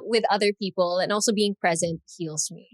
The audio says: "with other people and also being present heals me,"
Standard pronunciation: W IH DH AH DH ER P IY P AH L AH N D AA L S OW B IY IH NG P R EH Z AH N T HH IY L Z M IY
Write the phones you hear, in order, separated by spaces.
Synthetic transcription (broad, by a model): W IH DH AH DH ER P IY P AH L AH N AA L S OW B IY IH NG P R EH Z AH N T HH IY L Z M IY